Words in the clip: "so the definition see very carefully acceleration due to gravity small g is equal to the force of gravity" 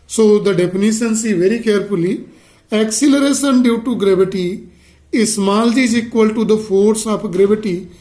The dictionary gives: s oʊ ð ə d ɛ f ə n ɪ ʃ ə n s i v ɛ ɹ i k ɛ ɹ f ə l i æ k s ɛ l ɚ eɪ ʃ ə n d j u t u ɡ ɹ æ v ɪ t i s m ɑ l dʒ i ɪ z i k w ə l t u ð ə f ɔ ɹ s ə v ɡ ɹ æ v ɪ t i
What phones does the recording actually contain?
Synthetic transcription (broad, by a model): s oʊ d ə d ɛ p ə n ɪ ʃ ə n s i v ɛ ɹ i k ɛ ɹ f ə l i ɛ k s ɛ l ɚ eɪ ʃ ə n d j u t u ɡ ɹ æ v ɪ t i s m ɑ l dʒ i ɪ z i k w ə l t u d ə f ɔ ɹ s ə p ɡ ɹ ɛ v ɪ t i